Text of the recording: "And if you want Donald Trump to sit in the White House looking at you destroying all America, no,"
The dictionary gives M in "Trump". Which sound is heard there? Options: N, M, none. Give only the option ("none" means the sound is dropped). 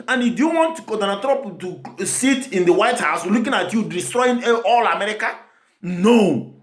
none